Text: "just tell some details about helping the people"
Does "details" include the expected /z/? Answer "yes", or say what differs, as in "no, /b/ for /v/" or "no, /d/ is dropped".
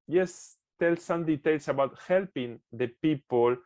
no, /s/ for /z/